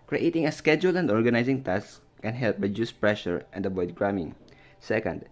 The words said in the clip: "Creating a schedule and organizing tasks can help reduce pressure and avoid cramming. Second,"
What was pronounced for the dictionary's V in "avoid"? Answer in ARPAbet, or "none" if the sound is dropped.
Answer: B